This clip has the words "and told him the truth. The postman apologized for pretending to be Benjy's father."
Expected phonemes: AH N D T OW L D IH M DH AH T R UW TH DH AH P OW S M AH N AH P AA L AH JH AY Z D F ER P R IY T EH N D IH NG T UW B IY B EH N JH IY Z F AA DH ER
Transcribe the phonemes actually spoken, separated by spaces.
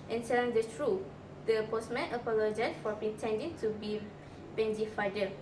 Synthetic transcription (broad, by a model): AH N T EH N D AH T R UW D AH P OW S M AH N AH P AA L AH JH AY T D F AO P R IY T EH N D IH NG T UW B IY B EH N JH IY F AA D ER